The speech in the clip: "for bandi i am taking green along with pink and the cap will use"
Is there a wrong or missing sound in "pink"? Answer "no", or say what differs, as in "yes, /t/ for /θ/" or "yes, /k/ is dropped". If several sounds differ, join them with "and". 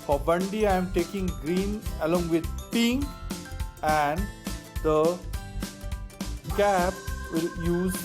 yes, /k/ is dropped